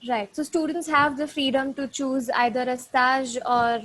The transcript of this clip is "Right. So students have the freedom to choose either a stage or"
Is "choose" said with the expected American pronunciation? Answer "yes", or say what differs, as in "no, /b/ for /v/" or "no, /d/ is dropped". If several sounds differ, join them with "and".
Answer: yes